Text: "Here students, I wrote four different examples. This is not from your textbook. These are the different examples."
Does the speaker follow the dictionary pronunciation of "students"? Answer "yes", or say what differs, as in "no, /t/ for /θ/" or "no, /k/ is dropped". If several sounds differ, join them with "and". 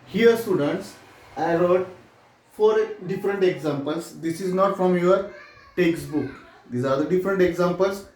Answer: yes